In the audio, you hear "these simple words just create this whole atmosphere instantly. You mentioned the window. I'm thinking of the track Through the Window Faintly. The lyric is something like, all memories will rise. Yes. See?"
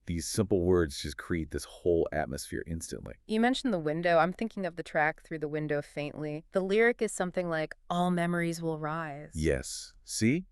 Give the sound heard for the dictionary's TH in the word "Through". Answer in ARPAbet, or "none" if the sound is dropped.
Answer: TH